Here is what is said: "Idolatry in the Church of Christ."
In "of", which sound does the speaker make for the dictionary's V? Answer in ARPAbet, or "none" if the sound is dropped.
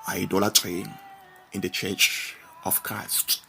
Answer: F